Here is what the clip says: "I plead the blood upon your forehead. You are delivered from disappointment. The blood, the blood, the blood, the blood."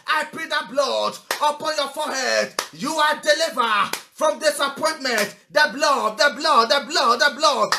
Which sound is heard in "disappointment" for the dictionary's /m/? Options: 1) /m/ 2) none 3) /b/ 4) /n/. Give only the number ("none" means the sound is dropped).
1